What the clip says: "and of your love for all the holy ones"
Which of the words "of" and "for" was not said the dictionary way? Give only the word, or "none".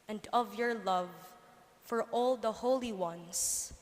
none